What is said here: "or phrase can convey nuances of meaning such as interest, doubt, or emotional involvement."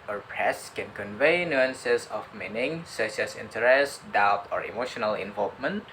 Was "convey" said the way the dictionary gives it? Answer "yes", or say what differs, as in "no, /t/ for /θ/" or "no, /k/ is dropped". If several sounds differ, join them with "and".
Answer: yes